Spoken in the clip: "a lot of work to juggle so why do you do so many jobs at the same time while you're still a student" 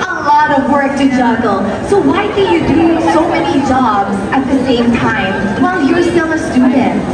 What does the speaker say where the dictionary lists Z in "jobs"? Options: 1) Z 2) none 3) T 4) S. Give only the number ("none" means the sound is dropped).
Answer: 1